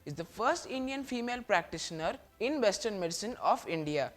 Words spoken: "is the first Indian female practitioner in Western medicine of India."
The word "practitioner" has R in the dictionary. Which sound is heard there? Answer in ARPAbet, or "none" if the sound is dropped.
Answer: R